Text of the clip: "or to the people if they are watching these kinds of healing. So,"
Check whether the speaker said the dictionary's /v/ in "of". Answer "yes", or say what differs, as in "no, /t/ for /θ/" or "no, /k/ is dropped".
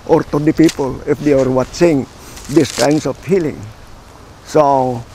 no, /f/ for /v/